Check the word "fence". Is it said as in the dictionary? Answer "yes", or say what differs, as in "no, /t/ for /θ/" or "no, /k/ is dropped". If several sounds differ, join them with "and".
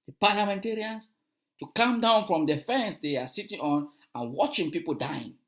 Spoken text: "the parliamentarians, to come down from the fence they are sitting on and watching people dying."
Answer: yes